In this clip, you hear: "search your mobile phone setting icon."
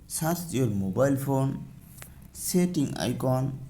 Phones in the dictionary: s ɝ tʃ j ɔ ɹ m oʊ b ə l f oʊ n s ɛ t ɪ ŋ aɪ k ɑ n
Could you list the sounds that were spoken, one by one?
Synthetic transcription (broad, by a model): s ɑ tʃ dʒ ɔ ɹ m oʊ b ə l p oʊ n s ɛ t ɪ ŋ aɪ k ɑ n